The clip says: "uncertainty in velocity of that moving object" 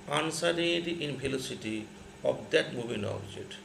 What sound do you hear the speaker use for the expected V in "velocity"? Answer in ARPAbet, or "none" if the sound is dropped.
P